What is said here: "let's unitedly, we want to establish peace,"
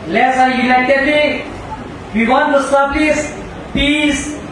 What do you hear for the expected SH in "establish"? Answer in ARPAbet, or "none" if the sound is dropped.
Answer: S